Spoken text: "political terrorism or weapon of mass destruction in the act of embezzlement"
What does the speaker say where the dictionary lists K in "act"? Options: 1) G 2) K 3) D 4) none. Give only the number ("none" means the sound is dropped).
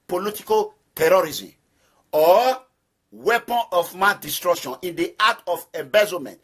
4